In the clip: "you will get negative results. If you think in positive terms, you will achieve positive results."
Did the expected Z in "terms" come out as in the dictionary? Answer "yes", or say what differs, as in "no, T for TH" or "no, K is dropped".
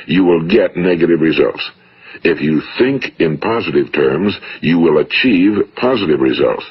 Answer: yes